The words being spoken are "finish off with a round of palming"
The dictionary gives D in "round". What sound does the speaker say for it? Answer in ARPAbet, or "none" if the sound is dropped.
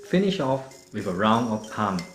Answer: none